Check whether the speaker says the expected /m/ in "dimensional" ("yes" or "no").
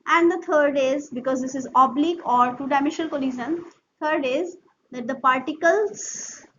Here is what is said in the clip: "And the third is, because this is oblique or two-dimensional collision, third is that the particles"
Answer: no